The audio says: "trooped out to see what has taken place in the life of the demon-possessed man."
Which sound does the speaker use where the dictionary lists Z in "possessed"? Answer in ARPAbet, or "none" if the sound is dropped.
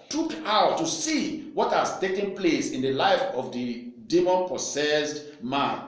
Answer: S